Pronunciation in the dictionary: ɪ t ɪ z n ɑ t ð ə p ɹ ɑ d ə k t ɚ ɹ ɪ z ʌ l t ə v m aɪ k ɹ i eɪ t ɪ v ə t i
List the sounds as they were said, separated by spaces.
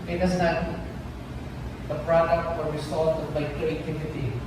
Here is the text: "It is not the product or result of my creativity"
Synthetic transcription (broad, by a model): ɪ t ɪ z n ɑ t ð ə p ɹ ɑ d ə k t ɚ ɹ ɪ s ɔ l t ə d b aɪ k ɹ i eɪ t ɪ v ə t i